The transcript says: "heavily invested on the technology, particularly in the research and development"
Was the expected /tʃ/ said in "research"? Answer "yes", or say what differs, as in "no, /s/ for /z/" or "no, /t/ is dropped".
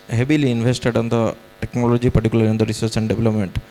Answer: no, /s/ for /tʃ/